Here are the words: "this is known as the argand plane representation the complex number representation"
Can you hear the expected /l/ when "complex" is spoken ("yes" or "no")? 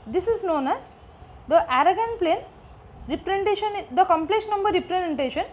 yes